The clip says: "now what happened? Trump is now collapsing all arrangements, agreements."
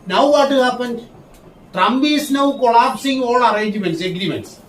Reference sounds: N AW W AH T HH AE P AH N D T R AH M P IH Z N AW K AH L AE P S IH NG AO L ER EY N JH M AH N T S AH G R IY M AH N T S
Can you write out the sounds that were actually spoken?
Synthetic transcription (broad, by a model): N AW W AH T HH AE P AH N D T R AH M B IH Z N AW K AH L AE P S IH NG AO L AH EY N JH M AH N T S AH G R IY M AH N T S